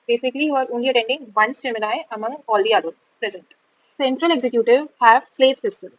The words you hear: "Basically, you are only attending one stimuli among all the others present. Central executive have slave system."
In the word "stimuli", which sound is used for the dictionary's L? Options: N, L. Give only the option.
N